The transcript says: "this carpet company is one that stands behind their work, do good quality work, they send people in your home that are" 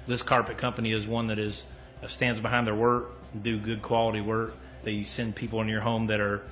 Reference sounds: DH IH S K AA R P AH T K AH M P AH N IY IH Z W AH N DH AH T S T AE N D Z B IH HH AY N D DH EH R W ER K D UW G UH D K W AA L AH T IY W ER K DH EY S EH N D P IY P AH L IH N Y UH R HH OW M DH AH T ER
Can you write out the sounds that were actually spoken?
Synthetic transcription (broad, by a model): DH IH S K AA R P AH T K AH M P AH N IY IH Z W AH N DH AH T S T AE N D Z B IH HH AY N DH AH R W ER K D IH G UH D K W AA L AH T IY W ER K DH EY S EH N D P IY P L IH N Y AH R HH OW M DH AH T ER